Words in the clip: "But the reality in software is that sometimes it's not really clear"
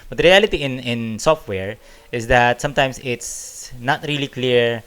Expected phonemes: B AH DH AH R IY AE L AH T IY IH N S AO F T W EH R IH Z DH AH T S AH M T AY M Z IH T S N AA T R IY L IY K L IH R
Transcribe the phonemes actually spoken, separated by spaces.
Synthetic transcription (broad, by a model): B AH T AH R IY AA L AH T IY IH N S AO F T W EH R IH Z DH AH T S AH M T AY M S IH T S N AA T R IY L IY K L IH R